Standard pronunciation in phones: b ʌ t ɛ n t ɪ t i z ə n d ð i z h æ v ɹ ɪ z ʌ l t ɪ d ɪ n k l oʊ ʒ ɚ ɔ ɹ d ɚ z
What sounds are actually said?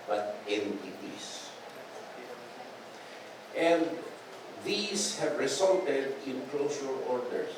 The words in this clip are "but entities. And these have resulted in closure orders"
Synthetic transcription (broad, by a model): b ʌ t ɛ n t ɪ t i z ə n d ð i s h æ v ɹ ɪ s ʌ l t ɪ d ɪ n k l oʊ ʃ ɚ ɔ ɹ d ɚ